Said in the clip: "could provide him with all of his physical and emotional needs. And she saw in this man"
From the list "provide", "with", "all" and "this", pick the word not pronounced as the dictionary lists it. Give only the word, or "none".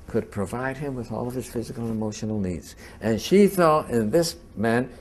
none